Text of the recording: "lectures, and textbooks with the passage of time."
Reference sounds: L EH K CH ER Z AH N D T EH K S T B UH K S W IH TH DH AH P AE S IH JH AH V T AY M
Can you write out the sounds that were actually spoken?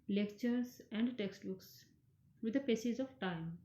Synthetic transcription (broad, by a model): L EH K CH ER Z AH N D T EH K S T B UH K S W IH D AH P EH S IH Z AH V T AY M